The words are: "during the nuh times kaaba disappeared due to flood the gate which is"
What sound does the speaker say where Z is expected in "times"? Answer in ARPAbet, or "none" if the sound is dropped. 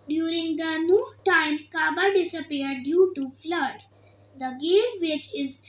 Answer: none